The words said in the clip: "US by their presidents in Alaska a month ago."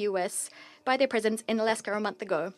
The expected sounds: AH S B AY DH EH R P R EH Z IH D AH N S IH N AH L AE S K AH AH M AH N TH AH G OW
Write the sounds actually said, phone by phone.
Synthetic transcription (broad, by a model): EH S B AY DH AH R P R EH Z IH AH N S IH N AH L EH S K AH AH M AH N TH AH G OW